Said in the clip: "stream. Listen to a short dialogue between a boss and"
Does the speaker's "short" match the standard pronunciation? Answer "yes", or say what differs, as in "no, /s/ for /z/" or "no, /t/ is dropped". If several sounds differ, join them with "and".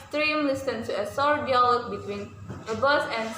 no, /s/ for /ʃ/